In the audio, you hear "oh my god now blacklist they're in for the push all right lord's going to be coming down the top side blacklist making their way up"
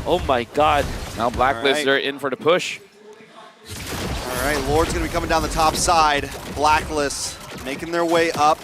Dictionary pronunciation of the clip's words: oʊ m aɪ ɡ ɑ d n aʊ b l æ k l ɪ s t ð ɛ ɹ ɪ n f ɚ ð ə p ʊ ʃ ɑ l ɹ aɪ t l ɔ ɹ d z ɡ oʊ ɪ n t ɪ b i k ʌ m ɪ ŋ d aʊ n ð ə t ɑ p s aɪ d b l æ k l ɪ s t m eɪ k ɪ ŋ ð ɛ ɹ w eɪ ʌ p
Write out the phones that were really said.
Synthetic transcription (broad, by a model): oʊ m aɪ ɡ ɑ d n aʊ b l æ k l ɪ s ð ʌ ɹ ɪ n f ɚ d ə p ʊ ʃ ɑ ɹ ɹ aɪ t l ɔ ɹ d z ɡ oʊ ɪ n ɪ b i k ʌ m ɪ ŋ d aʊ n ð ə t ɑ p s aɪ d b l æ k l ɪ s m eɪ k ɪ ŋ ð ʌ ɹ w eɪ ʌ p